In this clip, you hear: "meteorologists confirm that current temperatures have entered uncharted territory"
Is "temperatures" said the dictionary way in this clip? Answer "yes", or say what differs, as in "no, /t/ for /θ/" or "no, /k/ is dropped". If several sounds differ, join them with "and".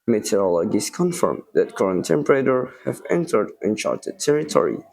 no, /z/ is dropped